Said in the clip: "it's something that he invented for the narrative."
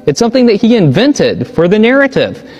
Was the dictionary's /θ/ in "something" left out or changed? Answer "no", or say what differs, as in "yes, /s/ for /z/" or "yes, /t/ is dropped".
no